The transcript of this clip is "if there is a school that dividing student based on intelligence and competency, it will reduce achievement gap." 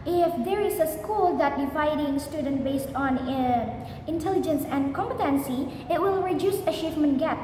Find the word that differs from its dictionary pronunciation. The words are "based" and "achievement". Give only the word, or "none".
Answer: achievement